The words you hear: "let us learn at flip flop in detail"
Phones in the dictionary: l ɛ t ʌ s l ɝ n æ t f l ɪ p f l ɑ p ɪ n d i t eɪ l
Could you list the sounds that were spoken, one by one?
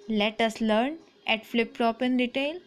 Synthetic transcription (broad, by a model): l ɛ t ʌ s l ɝ n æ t f l ɪ p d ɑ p ɪ n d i t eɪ l